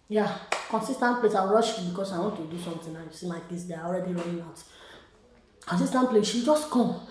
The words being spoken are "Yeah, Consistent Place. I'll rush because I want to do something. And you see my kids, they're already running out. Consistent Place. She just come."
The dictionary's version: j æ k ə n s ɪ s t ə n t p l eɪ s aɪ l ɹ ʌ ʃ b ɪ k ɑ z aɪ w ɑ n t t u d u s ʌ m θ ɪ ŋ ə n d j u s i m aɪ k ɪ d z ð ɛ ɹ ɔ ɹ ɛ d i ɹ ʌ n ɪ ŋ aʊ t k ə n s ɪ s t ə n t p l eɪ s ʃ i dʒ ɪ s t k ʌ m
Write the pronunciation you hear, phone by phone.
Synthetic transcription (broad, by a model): j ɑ k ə n s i s t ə n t p l eɪ s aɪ w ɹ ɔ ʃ b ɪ k ɑ s aɪ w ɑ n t t u d u s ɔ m t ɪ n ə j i s i m aɪ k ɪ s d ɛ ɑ ɔ ɹ ɛ d i ɹ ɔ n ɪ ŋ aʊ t k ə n s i s t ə n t p l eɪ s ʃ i dʒ ɪ s t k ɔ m